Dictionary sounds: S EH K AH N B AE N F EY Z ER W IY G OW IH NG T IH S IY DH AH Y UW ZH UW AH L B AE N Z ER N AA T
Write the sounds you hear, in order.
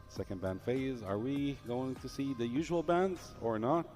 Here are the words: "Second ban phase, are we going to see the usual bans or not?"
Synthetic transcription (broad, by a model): S EH K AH N B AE N F EY Z ER W IY G OW IH NG T IH S IY DH AH Y UW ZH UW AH L B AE N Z ER N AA T